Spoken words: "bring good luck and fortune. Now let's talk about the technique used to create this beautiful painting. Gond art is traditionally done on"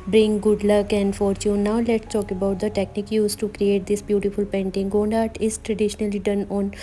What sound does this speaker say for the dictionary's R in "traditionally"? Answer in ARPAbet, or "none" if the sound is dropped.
R